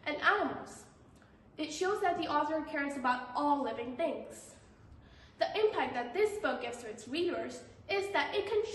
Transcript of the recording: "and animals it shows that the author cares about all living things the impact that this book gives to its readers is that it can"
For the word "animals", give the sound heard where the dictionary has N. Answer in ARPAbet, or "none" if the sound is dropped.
none